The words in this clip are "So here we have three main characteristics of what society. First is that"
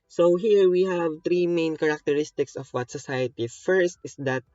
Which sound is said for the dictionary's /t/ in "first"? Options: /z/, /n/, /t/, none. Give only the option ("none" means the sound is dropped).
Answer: /t/